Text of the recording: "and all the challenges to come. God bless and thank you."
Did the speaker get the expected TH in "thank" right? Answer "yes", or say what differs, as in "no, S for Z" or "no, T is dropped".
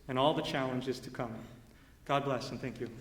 yes